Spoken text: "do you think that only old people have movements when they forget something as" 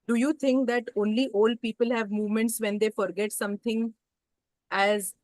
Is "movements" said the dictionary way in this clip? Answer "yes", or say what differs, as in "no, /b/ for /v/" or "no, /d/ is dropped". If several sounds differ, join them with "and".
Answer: yes